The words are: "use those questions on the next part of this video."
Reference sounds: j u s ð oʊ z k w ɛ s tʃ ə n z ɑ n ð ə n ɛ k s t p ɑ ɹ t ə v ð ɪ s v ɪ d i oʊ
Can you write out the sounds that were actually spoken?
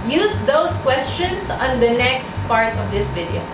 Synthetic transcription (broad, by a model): j u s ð oʊ s k w ɛ s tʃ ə n s ɑ n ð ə n ɛ k s t p ɑ ɹ t ə v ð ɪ s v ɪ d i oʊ